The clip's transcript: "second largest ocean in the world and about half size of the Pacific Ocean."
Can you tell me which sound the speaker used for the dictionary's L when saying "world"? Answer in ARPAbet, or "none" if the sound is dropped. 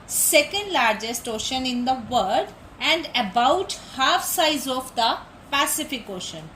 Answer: none